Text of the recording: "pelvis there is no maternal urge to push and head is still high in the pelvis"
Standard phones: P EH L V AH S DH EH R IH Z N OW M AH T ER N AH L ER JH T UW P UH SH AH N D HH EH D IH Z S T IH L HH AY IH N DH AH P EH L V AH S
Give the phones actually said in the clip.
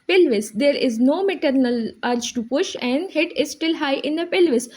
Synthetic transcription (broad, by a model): P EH L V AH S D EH R IH Z N OW M AH T ER N AH L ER CH T UW P UH SH AH N D HH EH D IH Z S T IH L HH AY IH N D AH P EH L V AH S